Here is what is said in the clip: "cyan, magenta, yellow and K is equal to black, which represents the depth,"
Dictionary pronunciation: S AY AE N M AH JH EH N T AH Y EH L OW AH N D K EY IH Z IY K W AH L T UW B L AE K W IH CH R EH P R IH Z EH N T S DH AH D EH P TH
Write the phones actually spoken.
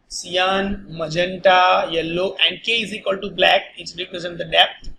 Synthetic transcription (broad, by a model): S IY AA N M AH JH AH N T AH Y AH L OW AH N D K EY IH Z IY K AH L T UW B L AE K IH S R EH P R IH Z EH N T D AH D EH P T